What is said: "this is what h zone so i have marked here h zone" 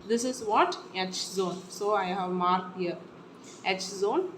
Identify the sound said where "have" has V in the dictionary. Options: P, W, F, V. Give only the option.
V